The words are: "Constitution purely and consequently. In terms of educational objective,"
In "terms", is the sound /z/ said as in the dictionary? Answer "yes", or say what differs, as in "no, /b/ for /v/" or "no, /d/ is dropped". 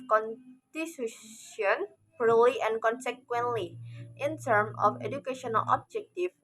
no, /z/ is dropped